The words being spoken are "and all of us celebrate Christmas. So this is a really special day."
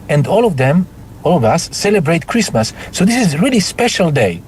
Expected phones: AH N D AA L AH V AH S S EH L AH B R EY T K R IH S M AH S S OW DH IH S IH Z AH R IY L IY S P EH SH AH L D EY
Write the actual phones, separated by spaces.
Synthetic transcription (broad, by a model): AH N D AA L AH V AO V S EH L AH B R EY T K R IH S M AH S S OW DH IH S IH Z R IY L IY S P EH SH AH L D EY